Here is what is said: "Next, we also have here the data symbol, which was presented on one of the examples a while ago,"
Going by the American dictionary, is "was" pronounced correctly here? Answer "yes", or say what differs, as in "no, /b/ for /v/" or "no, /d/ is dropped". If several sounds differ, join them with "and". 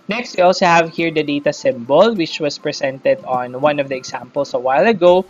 no, /s/ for /z/